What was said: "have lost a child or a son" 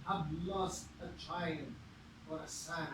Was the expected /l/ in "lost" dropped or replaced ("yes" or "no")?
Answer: no